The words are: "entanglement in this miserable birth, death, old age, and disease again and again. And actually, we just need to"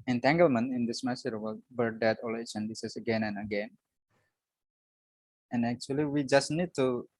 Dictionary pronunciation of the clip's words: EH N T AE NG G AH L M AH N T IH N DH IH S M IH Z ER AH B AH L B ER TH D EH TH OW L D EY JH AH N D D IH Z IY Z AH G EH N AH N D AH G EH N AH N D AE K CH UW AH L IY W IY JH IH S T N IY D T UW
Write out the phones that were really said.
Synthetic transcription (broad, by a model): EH N T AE NG G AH L M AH N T IH N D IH S M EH S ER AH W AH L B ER D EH T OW L EY CH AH N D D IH S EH S AH G EH N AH N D AH G EH N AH N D AE K CH UW AH L IY W IY JH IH S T N IY D T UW